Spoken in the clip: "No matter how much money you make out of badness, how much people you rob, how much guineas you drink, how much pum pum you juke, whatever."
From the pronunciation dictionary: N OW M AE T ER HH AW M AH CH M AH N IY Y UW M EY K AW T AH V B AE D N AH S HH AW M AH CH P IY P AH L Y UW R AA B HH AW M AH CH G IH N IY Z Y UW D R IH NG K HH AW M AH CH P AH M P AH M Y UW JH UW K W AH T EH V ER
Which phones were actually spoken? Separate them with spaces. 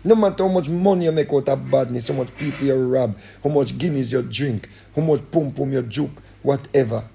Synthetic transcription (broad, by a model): N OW M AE T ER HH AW M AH CH M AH N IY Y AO M EY K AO T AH B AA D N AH S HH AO M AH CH P IY P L Y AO R AA B HH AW M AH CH G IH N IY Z Y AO D R IH NG K HH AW M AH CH P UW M P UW M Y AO JH UW K W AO T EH V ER